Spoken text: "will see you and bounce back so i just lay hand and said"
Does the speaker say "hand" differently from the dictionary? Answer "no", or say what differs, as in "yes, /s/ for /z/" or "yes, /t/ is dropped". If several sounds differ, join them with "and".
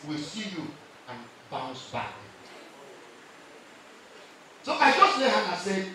yes, /d/ is dropped